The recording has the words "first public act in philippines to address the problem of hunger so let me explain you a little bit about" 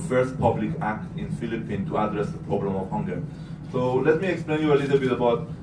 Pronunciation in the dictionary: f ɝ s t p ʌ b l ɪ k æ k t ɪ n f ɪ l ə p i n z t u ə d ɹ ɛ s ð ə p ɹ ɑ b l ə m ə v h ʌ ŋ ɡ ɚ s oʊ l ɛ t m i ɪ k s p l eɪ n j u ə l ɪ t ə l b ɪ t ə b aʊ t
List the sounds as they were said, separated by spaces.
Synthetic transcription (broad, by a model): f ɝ s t p ʌ b l ɪ k æ k t ɪ n f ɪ l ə p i n t u ə d ɹ ɛ s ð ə p ɹ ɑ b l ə m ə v h ʌ ŋ ɡ ɚ s oʊ l ɛ t m i ɪ k s p l eɪ n j u ə l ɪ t l b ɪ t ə b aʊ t